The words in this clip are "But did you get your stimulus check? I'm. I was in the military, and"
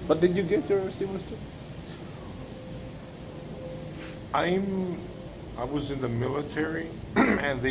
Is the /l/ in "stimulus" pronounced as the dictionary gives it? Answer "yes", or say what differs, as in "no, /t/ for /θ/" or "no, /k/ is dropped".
no, /n/ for /l/